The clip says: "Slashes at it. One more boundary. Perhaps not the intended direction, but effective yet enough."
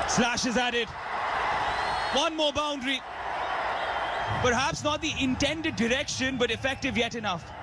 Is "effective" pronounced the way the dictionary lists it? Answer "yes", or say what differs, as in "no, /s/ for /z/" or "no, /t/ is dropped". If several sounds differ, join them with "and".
yes